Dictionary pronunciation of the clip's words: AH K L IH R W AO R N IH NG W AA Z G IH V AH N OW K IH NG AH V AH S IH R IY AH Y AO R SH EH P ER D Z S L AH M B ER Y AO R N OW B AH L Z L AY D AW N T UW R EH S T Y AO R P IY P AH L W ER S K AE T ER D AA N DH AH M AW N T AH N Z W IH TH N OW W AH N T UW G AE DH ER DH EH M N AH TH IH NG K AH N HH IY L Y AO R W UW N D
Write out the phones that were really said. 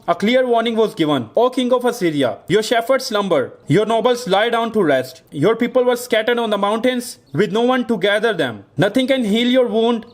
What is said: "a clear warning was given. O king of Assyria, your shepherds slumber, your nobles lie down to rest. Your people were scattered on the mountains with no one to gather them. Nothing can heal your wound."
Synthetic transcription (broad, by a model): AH K L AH R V AO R N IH NG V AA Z G IH V AH N OW K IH NG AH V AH S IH R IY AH Y AO R SH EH F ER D S L AH M B ER Y AO R N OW B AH L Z L AY D AW N T UW R EH S T Y AO R P IY P AH L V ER S K AE T ER D AA N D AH M AW N T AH N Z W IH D N OW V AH N T UW G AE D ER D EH M N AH T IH NG K AH N HH IY L Y AO R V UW N D